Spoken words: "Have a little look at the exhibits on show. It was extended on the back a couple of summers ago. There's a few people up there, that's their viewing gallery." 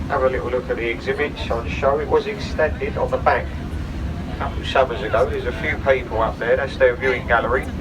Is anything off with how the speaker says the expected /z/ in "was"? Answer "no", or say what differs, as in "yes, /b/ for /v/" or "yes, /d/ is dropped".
no